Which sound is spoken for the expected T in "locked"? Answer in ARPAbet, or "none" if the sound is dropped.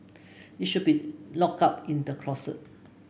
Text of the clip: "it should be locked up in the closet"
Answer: none